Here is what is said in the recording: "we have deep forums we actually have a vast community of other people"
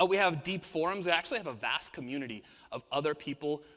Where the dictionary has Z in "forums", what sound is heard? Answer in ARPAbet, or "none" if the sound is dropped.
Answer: Z